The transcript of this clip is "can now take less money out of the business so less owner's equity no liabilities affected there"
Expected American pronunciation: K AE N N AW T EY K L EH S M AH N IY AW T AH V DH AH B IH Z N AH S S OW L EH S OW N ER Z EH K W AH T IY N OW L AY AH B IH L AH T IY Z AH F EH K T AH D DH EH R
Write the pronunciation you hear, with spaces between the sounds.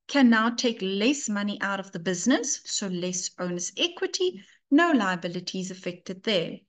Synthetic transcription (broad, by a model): K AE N N AW T EY K L EH S M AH N IY AW T AH V DH AH B IH Z N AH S S OW L EH S OW N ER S EH K W AH T IY N OW L AY AH B IH L AH T IY Z AH F EH K T AH D DH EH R